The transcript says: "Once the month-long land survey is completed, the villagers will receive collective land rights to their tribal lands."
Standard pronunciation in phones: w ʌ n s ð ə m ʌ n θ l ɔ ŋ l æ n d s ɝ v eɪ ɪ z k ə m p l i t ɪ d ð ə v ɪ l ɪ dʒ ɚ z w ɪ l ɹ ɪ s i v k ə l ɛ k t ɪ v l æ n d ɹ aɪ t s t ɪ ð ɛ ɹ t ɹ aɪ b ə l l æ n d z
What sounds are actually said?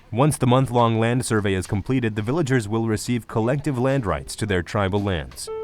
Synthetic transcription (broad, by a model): w ʌ n s ð ə m ʌ n θ l ɔ ŋ l æ n d s ɝ v eɪ ɪ z k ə m p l i t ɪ d ð ə v ɪ l ɪ dʒ ɚ z w ɪ l ɹ ɪ s i v k ə l ɛ k t ɪ v l æ n d ɹ aɪ t s t ɪ ð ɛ ɹ t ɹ aɪ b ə l l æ n d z